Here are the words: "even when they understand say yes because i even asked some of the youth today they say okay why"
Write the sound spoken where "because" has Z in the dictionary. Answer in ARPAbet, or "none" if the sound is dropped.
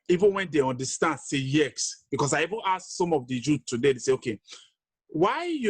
S